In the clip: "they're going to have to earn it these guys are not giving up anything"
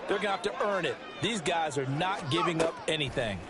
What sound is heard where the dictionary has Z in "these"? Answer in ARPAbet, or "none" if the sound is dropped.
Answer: Z